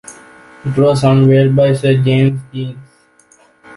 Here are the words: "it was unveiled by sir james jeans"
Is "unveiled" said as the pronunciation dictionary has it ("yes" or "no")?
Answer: no